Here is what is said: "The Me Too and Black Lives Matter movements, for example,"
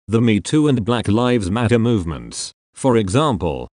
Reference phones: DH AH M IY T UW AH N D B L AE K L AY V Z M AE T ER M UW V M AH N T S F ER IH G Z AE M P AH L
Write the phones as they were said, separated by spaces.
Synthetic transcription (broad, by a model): DH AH M IY T UW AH N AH B L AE K L AY V Z M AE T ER M UW V M AH N T S F ER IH G Z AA M P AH L